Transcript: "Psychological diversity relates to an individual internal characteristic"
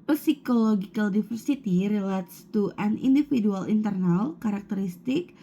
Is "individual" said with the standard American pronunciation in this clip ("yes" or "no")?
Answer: no